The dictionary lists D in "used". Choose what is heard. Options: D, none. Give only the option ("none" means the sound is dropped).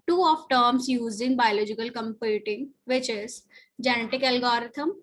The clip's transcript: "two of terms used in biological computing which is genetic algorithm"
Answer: none